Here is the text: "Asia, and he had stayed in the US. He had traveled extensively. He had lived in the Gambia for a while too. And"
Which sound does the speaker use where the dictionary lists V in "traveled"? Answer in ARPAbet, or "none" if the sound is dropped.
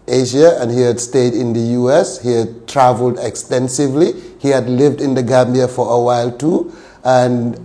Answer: V